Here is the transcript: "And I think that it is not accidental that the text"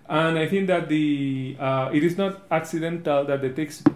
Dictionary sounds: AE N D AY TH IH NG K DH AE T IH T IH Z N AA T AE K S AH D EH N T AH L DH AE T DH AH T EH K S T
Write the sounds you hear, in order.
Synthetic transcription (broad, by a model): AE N D AY T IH NG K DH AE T IH T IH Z N AA T AE K S AH D EH N T AH L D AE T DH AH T EH K S